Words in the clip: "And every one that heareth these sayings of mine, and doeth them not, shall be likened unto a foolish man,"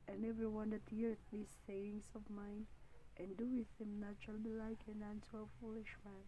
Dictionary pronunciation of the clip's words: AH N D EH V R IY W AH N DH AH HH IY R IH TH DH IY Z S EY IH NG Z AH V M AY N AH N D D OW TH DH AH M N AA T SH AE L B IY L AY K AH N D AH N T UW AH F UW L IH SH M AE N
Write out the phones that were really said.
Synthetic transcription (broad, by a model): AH N EH V R IY W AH N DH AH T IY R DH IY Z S EY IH NG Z AH V M AY N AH N D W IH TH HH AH M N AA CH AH L B IY L AY K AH N AE N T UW AH F UW L IH SH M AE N